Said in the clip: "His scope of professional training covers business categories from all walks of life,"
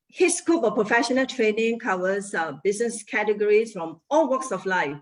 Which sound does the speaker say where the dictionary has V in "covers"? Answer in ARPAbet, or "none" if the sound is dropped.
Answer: W